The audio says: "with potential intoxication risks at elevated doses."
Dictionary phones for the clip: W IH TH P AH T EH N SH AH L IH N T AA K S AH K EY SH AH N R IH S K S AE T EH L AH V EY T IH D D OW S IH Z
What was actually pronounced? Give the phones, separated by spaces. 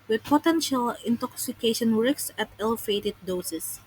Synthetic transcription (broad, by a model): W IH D P AH T EH N SH AH L IH N T AA K S AH K EY SH AH N W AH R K S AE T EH L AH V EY T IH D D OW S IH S